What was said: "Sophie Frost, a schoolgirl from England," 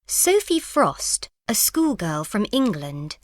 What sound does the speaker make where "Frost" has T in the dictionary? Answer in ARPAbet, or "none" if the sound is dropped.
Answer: T